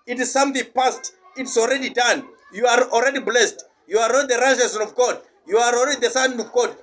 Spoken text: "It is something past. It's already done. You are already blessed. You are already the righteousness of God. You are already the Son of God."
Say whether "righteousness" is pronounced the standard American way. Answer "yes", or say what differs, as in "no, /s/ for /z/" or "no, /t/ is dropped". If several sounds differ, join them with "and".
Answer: no, /n/ is dropped